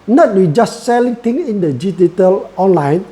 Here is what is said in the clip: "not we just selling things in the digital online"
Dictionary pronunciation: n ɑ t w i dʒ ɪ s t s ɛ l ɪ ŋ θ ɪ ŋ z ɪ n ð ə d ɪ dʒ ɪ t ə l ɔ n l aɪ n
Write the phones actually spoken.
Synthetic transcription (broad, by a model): n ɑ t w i dʒ ɪ s t s ɛ l ɪ ŋ t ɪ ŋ ɪ n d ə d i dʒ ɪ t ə l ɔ n l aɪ n